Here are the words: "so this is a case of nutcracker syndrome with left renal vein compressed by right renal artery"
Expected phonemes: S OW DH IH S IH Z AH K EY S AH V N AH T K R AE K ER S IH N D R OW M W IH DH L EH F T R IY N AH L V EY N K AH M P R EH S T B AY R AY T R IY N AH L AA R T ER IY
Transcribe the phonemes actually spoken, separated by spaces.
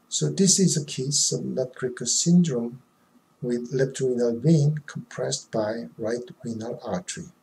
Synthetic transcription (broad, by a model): S OW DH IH S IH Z AH K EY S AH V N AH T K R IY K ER S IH N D R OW M W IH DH L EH P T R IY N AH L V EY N K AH M P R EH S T B AY R AY T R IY N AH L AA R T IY